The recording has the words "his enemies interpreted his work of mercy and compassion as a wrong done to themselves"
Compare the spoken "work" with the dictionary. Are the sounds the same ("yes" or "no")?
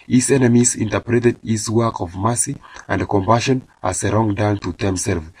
yes